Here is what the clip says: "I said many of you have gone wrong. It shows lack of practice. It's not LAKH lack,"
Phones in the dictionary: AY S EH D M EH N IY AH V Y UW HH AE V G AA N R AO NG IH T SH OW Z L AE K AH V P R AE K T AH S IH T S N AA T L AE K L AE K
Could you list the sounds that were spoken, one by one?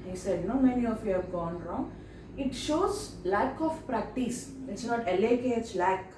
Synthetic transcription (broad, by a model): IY S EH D M EH N IY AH F Y UW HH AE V G AA N R AO NG IH T SH OW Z L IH K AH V P R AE K T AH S IH T S L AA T L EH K L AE K